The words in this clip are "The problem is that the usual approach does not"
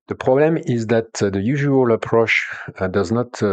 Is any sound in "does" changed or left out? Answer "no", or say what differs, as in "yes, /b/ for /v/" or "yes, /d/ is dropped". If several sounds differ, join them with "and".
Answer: no